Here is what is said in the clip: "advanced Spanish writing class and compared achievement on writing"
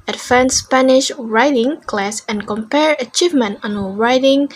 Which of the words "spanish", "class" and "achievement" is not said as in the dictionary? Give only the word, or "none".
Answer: none